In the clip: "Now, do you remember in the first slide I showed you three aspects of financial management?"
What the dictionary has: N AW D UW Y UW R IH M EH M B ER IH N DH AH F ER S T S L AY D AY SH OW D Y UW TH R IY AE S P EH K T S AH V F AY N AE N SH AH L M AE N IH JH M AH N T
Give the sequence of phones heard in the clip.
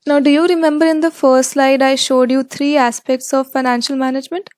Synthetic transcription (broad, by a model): N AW D UW Y UW R IH M EH M B ER IH N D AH F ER S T S L AY D AY SH OW D Y UW T R IY AE S P EH K T S AH V F AY N AE N SH AH L M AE N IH JH M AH N T